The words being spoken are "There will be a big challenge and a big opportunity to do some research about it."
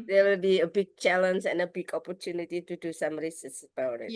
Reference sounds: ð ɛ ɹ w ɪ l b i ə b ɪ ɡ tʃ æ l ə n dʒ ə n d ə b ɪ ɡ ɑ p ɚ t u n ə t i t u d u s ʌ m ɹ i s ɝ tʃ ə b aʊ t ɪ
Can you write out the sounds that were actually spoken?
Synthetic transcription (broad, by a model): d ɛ w ɪ l b i ə b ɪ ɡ tʃ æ l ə n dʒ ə n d ə b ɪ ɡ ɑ p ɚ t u n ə t i t u d u s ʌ m ɹ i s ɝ s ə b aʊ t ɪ